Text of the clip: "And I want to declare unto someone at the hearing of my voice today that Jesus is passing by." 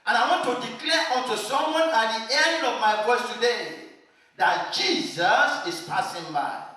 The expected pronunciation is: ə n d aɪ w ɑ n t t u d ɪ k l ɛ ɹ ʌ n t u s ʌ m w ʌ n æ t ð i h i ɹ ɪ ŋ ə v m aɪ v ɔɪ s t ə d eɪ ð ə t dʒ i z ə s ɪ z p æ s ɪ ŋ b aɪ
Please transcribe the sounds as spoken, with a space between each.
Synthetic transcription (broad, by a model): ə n aɪ w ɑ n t t u d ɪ k l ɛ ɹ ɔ n t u s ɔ m w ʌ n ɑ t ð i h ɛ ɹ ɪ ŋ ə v m aɪ f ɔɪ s t ə d eɪ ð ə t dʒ i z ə s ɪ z p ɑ s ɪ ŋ b aɪ